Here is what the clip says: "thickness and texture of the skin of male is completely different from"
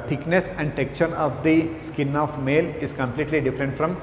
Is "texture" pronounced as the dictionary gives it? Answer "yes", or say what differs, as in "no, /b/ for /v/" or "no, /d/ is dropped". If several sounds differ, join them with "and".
no, /s/ is dropped